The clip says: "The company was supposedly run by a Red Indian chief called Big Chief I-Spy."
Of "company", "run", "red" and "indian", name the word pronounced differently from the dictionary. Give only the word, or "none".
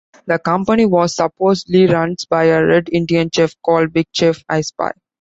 none